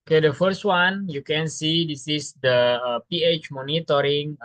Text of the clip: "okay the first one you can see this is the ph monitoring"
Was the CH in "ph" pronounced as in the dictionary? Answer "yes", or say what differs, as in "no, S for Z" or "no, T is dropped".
yes